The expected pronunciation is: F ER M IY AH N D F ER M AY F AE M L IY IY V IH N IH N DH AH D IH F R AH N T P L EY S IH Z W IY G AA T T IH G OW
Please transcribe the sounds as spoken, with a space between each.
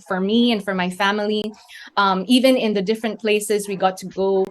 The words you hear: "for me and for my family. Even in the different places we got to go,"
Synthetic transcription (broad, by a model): F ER M IY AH N F ER M AY F AE M L IY IY V IH N IH N DH AH D IH F R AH N P L EY S IH Z W IY G AA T T IH G OW